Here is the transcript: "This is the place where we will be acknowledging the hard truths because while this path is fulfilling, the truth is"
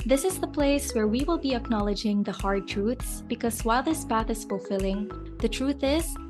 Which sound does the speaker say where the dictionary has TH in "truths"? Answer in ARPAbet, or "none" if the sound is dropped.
TH